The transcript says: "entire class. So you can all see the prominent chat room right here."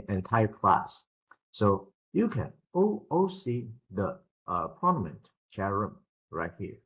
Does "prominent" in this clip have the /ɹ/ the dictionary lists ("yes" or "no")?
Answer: no